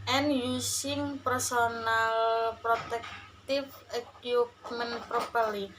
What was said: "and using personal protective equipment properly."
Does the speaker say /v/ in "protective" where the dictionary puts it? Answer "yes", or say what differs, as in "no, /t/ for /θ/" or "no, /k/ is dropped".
no, /f/ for /v/